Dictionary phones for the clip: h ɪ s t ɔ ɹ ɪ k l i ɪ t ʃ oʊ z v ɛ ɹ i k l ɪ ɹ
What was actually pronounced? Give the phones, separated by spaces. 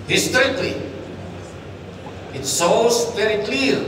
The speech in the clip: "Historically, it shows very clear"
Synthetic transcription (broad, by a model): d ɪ s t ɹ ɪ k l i ɪ t s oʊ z v ɛ ɹ i k l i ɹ